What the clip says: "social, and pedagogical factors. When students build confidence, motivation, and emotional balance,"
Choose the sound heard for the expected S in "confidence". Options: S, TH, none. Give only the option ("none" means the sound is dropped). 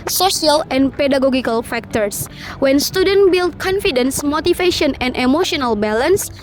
S